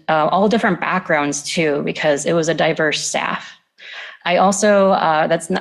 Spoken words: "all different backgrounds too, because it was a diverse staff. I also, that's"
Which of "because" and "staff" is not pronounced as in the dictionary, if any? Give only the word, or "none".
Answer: none